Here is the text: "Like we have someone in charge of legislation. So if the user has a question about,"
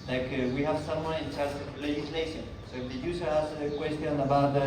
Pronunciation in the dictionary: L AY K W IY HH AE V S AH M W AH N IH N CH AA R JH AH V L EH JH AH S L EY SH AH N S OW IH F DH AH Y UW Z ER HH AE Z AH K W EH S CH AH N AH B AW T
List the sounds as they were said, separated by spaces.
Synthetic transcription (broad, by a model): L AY K W IY HH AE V S AH M W AH N IH N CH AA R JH AH V L EH JH AH S L EY SH AH N S OW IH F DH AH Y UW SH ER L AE S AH K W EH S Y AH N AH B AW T